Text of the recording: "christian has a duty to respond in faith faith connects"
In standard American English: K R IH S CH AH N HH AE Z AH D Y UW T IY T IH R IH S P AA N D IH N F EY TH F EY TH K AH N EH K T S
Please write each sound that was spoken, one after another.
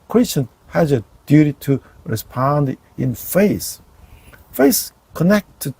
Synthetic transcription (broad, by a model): K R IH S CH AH N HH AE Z AH D Y UW T IY T IH R IH S P AA N D IH N F EY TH F EY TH K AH N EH K T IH